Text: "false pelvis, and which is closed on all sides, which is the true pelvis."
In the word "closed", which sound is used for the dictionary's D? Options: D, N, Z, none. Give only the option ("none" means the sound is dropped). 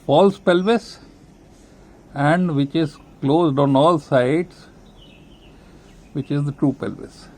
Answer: D